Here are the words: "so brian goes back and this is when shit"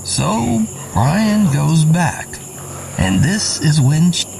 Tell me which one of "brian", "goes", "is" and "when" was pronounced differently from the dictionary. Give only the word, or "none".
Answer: none